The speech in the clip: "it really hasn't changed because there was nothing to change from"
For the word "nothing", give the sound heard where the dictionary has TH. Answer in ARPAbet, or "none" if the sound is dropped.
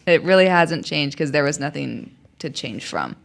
TH